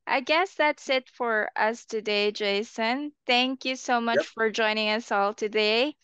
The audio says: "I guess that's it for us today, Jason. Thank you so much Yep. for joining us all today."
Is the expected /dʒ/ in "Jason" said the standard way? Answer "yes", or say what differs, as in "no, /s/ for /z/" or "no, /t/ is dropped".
yes